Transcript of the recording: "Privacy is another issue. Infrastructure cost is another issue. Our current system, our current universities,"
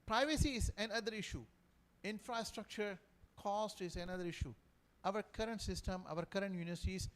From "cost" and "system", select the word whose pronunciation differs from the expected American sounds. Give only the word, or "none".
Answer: none